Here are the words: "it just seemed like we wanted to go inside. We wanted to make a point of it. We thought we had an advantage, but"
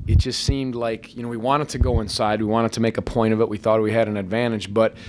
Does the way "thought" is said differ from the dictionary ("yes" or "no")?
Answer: no